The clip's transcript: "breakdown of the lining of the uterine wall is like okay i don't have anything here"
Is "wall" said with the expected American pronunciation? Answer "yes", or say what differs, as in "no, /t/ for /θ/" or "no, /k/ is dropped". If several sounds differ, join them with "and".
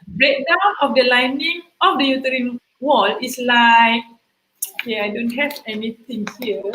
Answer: yes